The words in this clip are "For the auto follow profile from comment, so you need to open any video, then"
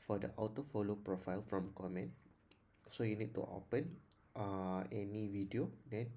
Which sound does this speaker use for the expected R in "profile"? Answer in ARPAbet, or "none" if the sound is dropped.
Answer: R